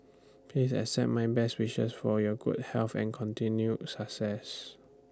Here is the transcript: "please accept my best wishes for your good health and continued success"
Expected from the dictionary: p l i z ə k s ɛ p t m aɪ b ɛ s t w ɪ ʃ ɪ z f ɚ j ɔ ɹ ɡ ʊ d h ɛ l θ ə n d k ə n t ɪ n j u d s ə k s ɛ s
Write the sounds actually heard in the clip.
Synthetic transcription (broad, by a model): p l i s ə s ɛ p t m aɪ b ɛ s t w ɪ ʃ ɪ s f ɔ j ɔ ɡ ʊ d h ɛ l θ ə n k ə n t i n j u s ə k s ɛ s